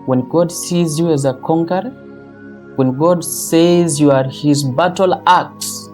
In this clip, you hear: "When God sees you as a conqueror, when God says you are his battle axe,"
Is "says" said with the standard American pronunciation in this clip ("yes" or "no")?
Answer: yes